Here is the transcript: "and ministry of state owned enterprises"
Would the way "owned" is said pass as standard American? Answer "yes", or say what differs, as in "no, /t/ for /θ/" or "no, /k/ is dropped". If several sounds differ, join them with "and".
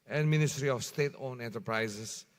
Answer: no, /d/ is dropped